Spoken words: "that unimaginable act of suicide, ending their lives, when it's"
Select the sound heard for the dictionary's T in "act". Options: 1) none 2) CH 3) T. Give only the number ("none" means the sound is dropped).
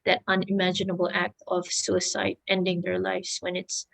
3